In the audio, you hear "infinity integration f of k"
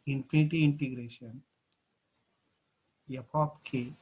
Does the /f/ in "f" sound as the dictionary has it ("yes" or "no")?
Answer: no